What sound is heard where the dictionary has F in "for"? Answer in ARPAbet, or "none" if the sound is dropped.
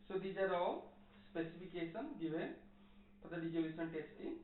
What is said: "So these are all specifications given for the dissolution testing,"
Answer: P